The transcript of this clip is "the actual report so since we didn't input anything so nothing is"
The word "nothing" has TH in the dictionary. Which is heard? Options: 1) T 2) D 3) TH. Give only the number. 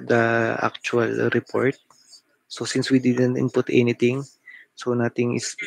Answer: 1